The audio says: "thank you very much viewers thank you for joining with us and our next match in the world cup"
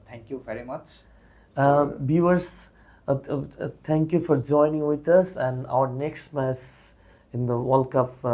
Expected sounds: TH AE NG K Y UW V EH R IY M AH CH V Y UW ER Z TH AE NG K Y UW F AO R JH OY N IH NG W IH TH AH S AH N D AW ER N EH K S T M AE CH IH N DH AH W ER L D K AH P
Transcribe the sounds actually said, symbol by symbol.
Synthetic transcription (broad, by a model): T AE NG K Y UW V EH R IY M AH CH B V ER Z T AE NG K Y UW F AO R JH OY N IH NG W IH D AH S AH N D AW ER N EH K S T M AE S IH N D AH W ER L K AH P